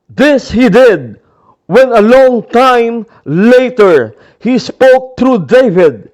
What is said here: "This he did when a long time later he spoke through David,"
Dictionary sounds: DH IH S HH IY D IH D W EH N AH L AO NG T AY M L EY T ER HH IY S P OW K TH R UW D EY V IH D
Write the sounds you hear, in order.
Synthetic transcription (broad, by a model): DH IH S HH IY D IH D W EH N AH L AO NG T AY M L EY T ER HH IY S P OW K T R UW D EY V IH D